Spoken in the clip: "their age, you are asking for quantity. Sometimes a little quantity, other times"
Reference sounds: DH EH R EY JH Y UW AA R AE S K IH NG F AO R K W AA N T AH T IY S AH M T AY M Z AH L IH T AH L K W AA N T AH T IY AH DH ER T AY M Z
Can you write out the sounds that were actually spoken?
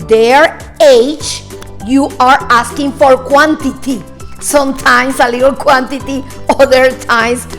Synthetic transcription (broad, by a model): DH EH R EY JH Y UW AA R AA S K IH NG F AO R K W AA N T AH T IY S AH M T AY M S AH L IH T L K W AA N T AH T IY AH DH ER T AY M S